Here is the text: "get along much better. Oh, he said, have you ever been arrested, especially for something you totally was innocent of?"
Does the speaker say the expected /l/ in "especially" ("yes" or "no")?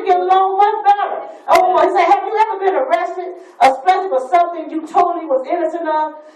no